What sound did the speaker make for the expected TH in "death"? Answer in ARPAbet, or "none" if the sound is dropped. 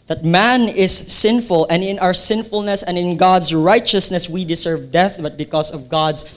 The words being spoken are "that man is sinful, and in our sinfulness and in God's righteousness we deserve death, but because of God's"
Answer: TH